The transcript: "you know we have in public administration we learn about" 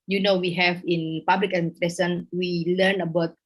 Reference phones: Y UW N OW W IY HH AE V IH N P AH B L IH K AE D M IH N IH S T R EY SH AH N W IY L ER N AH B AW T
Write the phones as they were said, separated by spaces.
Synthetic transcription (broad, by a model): Y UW N OW W IY HH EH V IH N P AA B L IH K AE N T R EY S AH N W IY L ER N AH B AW T